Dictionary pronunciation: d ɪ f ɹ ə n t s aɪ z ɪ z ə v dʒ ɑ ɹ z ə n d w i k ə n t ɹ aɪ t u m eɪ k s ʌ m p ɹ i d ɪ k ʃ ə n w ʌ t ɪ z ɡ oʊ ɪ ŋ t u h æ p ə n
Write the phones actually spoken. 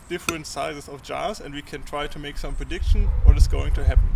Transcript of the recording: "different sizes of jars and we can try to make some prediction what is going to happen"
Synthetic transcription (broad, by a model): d ɪ f ɹ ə n t s aɪ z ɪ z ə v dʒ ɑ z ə n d w i k ə n t ɹ aɪ t u m eɪ k s ʌ m p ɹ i d ɪ k ʃ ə n w ʌ t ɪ s ɡ oʊ ɪ ŋ t u h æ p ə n